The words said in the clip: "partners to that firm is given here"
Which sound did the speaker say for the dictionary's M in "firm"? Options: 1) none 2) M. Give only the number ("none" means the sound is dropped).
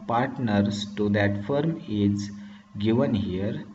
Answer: 2